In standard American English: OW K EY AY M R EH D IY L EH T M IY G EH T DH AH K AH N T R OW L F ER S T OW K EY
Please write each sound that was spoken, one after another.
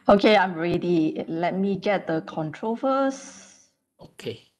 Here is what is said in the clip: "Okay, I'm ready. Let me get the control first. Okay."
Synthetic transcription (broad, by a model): OW K EY AY M R EH D IY L EH T M IY G EH T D AH K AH N T R OW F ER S OW K EY